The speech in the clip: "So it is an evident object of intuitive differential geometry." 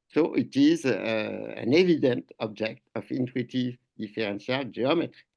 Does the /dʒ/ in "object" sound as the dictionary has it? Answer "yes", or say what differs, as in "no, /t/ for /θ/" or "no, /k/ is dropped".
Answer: yes